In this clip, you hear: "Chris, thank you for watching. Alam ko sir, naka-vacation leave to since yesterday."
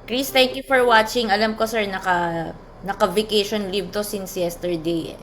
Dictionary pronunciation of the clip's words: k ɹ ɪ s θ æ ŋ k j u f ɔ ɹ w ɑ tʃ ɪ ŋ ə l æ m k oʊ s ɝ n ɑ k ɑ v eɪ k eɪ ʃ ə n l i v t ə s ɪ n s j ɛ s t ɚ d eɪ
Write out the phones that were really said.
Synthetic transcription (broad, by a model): k ɹ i s t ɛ ŋ k j u f ɔ ɹ w ɑ tʃ ɪ ŋ ə l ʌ m k oʊ s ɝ n ɑ k ɑ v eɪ k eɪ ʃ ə n l i v t ə s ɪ n s j ɛ s t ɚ d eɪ